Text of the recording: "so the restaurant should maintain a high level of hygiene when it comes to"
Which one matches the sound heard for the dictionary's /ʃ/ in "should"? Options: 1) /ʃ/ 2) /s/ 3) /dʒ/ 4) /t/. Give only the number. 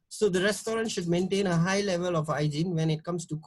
1